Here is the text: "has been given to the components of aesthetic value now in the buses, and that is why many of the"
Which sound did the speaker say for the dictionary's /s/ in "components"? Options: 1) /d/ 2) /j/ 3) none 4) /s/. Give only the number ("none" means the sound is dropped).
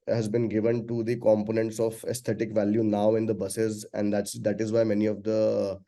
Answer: 4